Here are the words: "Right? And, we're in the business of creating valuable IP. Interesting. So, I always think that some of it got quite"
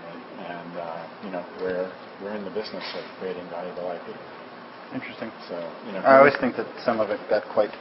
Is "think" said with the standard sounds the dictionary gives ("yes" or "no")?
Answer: yes